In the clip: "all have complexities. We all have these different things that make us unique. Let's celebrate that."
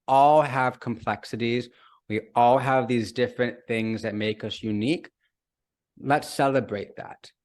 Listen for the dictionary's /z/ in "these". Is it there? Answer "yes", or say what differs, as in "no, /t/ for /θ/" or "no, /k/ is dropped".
yes